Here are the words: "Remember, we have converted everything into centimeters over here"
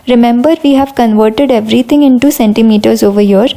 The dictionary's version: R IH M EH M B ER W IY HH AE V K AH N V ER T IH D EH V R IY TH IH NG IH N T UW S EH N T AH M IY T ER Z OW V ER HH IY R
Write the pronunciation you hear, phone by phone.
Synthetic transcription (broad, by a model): R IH M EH M B ER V IY HH AE V K AH N V ER T IH D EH V R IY T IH NG IH N T UW S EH N T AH M IY T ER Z OW V ER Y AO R